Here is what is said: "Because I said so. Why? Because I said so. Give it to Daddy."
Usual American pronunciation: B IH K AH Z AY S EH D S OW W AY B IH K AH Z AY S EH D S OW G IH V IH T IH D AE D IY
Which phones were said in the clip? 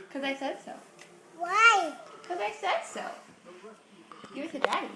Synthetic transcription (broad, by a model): K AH Z AY S EH D S OW W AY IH K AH Z AY S EH D S OW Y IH W IH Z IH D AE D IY